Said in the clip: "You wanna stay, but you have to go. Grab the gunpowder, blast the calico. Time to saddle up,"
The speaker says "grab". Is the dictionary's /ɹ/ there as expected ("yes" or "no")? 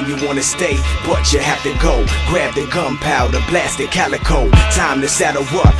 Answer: yes